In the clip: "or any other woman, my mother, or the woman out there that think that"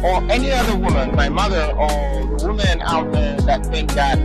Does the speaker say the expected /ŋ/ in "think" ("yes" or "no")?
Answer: no